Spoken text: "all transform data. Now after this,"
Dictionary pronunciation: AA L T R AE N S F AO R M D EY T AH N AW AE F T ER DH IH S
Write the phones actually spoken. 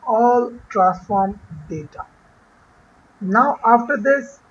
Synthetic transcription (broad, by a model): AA L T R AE S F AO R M D EY T AH N AW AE F T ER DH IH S